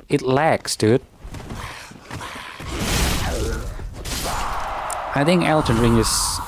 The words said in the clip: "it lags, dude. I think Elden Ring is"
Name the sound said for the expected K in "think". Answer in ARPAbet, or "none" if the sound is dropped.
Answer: K